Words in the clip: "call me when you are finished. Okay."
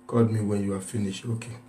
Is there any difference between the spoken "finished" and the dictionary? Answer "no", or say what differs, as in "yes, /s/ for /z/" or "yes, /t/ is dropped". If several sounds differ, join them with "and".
yes, /t/ is dropped